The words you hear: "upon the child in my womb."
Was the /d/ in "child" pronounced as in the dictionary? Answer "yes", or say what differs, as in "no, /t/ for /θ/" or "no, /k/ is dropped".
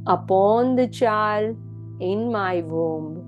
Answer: no, /d/ is dropped